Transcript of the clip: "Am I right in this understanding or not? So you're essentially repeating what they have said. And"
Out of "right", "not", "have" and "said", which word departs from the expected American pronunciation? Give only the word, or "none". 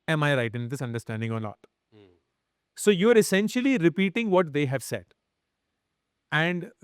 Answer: not